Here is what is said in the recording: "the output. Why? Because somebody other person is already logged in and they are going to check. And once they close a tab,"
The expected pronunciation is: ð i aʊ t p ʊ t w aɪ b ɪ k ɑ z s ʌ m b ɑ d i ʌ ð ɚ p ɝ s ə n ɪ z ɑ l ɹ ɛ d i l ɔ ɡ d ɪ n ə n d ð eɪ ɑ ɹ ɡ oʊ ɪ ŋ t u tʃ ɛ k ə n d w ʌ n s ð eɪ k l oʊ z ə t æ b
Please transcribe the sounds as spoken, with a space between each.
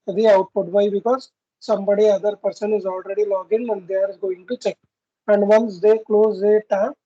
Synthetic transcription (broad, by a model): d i aʊ t p ʊ t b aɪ b ɪ k ɑ z s ʌ m b ɑ d i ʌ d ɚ p ɝ s ə n ɪ z ɑ l ɹ ɛ d i l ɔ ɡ ɪ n ə n d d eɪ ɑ ɹ ɡ oʊ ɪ ŋ t u tʃ ɛ k ə n d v ʌ n s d eɪ k l oʊ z ə t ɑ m